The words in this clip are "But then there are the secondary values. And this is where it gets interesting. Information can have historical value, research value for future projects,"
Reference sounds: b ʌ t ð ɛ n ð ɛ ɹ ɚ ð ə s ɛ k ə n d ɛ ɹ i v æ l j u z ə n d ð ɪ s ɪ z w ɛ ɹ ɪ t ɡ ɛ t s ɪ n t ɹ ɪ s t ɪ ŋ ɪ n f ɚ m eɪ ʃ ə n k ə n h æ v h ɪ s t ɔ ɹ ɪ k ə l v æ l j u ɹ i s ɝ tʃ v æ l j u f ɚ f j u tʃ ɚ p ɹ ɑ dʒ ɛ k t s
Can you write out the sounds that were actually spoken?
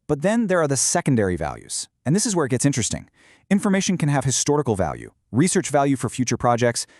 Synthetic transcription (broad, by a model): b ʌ t ð ɛ n ð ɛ ɹ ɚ ð ə s ɛ k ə n d ɛ ɹ i v æ l j u z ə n ð ɪ s ɪ z w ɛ ɹ ɪ t ɡ ɛ t s ɪ n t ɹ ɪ s t ɪ ŋ ɪ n f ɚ m eɪ ʃ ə n k ə n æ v h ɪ s t ɔ ɹ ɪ k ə l v æ l j u ɹ i s ɝ tʃ v æ l j u f ɚ f j u tʃ ɚ p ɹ ɑ dʒ ɛ k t s